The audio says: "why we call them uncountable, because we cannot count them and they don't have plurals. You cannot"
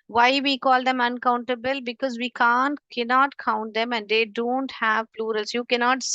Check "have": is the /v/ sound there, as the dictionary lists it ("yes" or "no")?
yes